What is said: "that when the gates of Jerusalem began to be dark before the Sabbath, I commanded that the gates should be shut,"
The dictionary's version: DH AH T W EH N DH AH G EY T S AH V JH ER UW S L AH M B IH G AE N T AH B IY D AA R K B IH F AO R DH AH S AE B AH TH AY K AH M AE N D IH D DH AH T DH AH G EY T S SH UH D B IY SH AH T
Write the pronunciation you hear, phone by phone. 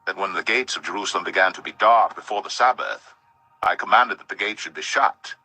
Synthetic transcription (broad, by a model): DH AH T W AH N DH AH G EY T S AH V JH ER UW S L AH M B IH G AE N T AH B IY D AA R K B IH F AO R DH AH S AE B AH TH AY K AH M AE N D IH D DH AH T DH AH G EY T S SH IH D B IY SH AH T